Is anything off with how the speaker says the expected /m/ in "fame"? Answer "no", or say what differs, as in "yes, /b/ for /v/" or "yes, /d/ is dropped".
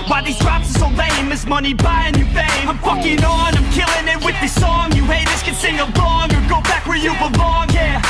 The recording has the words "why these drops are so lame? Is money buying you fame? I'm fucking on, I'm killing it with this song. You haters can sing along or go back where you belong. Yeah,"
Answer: yes, /m/ is dropped